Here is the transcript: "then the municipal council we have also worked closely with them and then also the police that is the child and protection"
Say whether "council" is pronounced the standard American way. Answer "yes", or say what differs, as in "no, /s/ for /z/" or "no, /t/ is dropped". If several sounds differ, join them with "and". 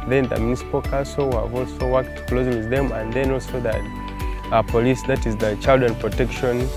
no, /n/ is dropped